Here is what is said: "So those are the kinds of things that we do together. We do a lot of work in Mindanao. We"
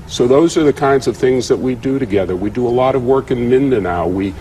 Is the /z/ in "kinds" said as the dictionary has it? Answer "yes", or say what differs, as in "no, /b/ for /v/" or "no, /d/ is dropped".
yes